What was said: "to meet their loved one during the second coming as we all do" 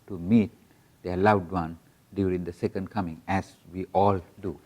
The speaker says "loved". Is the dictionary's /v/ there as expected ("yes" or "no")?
no